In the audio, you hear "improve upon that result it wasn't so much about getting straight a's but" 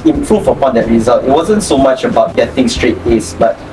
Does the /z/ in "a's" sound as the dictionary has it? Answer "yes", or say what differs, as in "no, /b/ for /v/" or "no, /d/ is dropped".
no, /s/ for /z/